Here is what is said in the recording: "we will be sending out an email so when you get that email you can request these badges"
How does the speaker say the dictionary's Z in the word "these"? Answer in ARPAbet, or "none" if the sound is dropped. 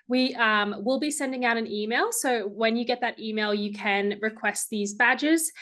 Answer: Z